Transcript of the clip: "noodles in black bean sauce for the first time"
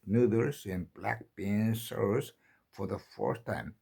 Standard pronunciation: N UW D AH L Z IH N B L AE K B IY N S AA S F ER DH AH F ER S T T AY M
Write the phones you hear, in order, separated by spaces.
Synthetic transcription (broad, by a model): N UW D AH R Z IH N B L AE K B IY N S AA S F ER DH AH F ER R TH T AY M